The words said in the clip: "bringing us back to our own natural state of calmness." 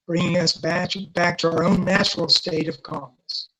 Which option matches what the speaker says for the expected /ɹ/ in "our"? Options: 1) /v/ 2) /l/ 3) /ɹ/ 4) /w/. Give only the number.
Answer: 3